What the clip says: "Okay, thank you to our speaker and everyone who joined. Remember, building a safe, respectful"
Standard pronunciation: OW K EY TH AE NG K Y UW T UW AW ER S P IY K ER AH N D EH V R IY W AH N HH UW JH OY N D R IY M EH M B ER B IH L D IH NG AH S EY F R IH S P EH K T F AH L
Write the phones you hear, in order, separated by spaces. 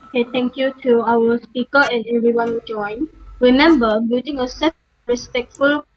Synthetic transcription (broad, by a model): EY T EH NG K Y UW T UW AW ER S P IY K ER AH N EH V R IY W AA N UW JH OY N R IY M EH M B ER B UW D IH NG AH S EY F R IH S P EH K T F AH L